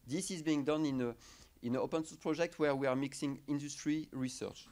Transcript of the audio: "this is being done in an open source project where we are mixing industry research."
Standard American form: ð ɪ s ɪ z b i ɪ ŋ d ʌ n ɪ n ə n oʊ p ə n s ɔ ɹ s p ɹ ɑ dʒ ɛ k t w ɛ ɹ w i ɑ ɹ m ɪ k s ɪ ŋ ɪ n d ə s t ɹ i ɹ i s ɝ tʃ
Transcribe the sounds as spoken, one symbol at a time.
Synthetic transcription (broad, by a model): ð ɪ s ɪ z b i ɪ ŋ d ʌ n ɪ n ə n oʊ p ə n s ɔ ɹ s p ɹ ɑ dʒ ɛ k t w ɛ ɹ w i ɑ ɹ m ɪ k s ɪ ŋ ɪ n d ə s t ɹ i ɹ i s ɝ tʃ